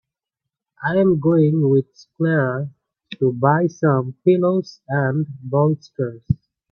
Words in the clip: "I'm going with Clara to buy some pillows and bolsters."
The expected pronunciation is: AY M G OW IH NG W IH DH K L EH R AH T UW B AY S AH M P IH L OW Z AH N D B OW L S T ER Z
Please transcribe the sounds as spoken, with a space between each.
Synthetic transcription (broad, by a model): AY M G OW IH NG W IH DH K L EH R AH T UW B AY S AH M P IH L OW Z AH N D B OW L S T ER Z